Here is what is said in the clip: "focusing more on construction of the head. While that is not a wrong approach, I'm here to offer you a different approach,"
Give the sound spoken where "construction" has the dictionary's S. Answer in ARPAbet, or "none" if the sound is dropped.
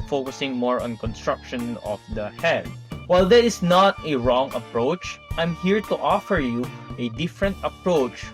S